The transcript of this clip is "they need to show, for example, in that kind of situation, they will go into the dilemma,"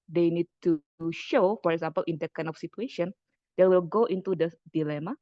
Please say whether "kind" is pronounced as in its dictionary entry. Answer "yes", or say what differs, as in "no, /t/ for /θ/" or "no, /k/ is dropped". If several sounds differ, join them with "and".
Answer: no, /d/ is dropped